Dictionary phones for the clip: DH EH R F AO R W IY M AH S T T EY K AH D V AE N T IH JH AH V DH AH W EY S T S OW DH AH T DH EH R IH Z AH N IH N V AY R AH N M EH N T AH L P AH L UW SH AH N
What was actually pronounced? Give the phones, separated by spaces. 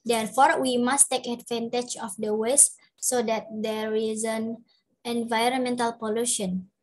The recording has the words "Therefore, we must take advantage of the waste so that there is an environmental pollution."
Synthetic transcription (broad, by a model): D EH R F AO R W IY M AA S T T EY K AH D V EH N T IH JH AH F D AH W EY S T S OW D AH T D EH R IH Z AH N IH N V AY R AH N M EH N T AH L P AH L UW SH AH N